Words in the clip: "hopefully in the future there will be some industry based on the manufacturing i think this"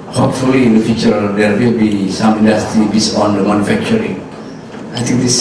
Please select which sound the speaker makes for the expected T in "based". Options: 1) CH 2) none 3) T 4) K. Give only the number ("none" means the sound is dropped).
2